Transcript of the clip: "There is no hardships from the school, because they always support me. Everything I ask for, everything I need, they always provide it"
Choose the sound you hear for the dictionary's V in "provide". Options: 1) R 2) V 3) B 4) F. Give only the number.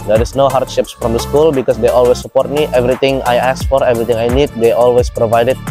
2